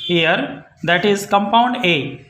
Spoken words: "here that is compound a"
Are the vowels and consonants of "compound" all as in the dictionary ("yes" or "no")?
yes